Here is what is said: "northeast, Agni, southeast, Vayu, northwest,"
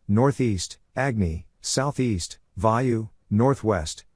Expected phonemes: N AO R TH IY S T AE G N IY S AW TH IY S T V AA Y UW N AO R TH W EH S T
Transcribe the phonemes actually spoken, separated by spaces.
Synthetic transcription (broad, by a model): N AO R TH IY S T AE G N IY S AW TH IY S T V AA Y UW N AO R TH W EH S T